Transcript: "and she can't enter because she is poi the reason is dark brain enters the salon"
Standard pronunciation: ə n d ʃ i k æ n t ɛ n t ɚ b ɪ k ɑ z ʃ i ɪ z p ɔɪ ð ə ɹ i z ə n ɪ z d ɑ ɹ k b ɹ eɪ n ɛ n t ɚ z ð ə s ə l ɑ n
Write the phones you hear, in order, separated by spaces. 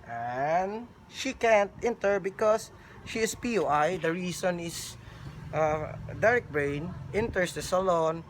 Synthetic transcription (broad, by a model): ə n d ʃ i k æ n t ɛ n t ɚ b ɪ k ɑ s ʃ i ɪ s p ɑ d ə ɹ i s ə n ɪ s d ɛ ɹ k b ɹ eɪ n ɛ n t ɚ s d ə s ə l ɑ n